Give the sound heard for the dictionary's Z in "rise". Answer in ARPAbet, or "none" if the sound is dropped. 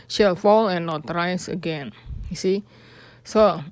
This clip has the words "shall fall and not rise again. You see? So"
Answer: S